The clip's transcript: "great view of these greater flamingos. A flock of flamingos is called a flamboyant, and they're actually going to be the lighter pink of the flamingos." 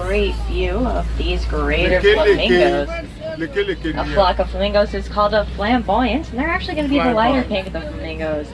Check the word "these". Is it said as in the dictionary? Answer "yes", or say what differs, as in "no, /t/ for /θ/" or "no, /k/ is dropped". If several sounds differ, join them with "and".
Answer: yes